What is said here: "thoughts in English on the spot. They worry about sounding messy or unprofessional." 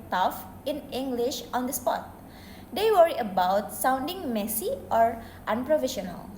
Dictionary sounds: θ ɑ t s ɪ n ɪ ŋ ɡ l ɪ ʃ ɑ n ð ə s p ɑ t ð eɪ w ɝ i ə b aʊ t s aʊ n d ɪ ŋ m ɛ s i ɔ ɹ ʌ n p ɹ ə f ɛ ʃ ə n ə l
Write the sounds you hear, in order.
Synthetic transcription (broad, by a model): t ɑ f ɪ n ɪ ŋ ɡ l ɪ ʃ ɑ n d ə s p ɑ t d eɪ w ɝ i ə b aʊ t s aʊ n d ɪ ŋ m ɛ s i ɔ ɹ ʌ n p ɹ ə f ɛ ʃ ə n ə l